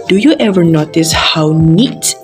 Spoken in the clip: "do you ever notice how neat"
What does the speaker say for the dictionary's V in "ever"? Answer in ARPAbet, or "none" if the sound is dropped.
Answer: V